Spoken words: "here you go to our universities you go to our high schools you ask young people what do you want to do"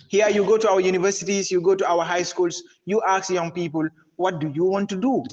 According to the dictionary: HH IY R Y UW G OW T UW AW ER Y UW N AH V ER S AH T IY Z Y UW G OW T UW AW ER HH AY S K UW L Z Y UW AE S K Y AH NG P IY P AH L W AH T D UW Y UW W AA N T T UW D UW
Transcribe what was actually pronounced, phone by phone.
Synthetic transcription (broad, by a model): HH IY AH Y UW G OW T UW AW ER Y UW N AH V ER S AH T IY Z Y UW G OW T UW AW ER HH AY S K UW L S Y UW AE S Y AH NG P IY P AH L W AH T D UW Y UW W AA N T T UW D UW